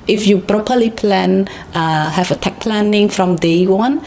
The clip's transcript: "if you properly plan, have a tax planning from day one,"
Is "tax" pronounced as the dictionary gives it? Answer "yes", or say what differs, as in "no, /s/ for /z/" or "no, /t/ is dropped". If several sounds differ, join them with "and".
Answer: no, /s/ is dropped